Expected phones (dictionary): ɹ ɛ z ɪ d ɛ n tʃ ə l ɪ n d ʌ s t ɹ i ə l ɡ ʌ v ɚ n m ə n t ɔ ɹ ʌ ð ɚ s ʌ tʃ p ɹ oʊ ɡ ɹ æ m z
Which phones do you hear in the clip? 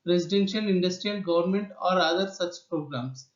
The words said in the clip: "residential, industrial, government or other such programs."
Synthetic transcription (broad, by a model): ɹ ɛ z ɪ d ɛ n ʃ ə l ɪ n d ʌ s t ɹ i ə l ɡ ʌ v ɚ n m ə n t ɔ ɹ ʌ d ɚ s ʌ tʃ p ɹ oʊ ɡ ɹ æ m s